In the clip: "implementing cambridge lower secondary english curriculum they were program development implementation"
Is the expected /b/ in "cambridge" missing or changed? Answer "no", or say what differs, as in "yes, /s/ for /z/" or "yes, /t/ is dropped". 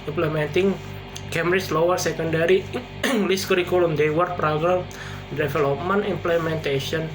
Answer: yes, /b/ is dropped